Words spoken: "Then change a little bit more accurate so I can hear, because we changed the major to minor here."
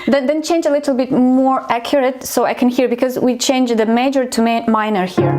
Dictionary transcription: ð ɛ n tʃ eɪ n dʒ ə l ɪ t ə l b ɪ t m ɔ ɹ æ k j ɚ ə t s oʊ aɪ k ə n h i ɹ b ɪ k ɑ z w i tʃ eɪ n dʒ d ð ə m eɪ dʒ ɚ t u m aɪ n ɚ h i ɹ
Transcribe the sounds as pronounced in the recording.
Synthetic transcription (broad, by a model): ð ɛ n tʃ eɪ n dʒ ə l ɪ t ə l b ɪ t m ɔ ɹ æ k j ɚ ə t s oʊ aɪ k ə n h i ɹ b ɪ k ɑ z w i tʃ eɪ n dʒ ð ə m eɪ dʒ ɚ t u m aɪ n ɚ h i ɹ